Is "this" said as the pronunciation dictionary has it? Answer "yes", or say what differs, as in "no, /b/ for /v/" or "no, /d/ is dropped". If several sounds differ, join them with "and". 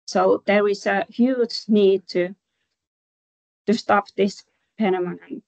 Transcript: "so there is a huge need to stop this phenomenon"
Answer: yes